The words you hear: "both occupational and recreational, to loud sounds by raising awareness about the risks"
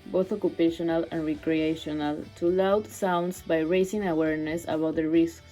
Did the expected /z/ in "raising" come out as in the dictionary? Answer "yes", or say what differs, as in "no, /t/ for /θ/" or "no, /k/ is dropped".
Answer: no, /s/ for /z/